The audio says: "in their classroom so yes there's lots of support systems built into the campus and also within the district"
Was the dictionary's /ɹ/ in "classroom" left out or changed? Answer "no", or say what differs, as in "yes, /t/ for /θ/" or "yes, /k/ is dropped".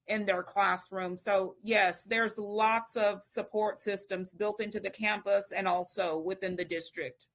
no